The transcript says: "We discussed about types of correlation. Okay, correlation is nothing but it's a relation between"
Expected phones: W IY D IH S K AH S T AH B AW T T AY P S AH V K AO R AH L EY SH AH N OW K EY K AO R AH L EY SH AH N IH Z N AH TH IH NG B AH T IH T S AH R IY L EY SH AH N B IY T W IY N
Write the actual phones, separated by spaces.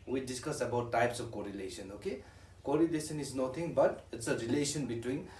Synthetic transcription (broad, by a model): W IY D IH S K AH S AH B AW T T AY P S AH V K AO R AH L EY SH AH N OW K EY K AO R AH L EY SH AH N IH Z N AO T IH NG B AH T IH T S AH R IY L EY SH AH N B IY T W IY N